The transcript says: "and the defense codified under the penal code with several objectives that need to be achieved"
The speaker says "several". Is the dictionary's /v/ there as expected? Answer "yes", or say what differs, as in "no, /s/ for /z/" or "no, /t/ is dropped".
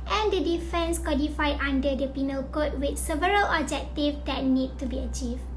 yes